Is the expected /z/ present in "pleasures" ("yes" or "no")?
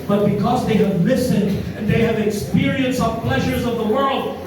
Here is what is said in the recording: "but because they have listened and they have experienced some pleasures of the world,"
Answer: yes